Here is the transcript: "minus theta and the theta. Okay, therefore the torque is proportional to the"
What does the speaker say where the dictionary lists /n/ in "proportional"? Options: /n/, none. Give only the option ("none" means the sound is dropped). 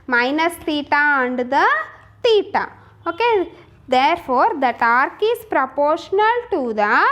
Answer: /n/